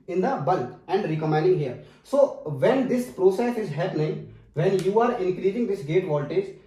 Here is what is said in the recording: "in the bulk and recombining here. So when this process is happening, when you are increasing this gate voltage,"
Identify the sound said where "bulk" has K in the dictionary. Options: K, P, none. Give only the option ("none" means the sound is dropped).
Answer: none